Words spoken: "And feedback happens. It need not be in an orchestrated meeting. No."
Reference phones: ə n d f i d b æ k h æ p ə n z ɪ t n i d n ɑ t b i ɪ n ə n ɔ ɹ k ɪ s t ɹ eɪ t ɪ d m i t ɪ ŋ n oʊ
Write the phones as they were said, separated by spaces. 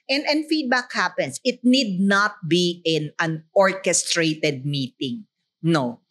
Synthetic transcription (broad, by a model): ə n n f i d b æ k h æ p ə n s ɪ t n i d n ɑ t b i ɪ n ə n ɔ ɹ k ɪ s t ɹ eɪ t ɪ d m i t ɪ ŋ n oʊ